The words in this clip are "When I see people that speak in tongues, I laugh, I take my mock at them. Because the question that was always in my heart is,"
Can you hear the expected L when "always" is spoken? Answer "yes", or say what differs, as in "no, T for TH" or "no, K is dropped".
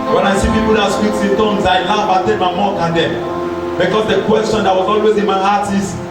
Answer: yes